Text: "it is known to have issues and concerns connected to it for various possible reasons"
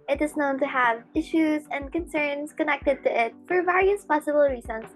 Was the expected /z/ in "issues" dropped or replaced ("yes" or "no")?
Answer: no